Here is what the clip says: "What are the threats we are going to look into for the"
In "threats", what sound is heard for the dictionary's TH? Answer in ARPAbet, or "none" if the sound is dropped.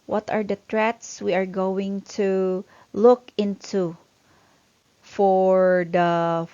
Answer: T